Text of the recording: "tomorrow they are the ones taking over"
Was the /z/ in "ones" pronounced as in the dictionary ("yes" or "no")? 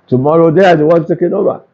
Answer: no